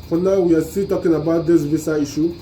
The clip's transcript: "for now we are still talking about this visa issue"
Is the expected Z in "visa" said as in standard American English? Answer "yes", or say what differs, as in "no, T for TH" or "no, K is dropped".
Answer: no, S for Z